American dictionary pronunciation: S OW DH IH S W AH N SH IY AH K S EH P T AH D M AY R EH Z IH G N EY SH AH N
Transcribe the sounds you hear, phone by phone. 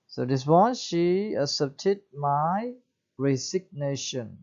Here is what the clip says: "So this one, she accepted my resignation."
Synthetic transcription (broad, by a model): S OW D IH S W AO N SH IY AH S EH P T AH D M AY R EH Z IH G N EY SH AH N